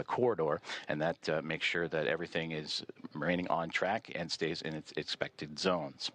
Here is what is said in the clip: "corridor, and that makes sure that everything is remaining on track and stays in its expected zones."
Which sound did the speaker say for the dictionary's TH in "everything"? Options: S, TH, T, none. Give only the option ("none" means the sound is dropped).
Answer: TH